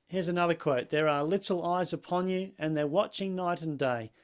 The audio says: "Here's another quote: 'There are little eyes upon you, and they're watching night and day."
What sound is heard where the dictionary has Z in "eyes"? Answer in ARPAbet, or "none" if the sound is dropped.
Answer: Z